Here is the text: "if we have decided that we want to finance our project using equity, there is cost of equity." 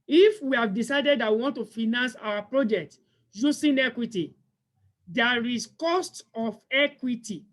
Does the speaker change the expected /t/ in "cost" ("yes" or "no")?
no